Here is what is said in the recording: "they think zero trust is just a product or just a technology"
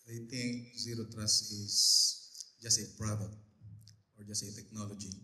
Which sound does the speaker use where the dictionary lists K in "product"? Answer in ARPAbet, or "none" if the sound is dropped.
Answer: none